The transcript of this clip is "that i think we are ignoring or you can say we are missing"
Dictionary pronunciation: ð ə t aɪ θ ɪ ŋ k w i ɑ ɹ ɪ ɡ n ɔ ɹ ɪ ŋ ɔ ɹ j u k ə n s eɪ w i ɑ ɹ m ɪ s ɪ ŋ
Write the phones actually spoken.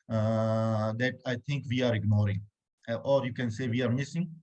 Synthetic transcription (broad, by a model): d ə t aɪ t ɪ ŋ k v i ɑ ɹ ɪ ɡ n ɔ ɹ ɪ ŋ ɔ ɹ j u k ə n s eɪ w i ɑ ɹ m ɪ s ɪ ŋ